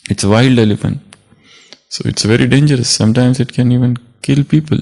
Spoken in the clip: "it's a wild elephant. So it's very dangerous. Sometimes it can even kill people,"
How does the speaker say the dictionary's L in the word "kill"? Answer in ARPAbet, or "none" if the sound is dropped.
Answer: L